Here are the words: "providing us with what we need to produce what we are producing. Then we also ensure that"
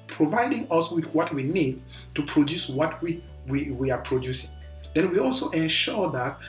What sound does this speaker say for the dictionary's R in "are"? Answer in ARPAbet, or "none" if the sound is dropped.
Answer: W